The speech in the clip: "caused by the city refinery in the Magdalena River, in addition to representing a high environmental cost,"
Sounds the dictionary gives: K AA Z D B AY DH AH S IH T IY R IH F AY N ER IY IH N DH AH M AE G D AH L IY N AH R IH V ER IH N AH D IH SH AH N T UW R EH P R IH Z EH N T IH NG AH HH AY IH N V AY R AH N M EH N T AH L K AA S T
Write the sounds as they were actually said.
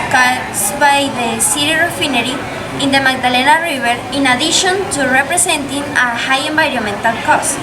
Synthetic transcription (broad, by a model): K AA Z B AY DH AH S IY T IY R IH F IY N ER IY IH N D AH M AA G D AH L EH N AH R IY B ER IH N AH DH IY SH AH N T UW R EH P R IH S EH N T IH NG AH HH AY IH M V AY R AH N M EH N T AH L K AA S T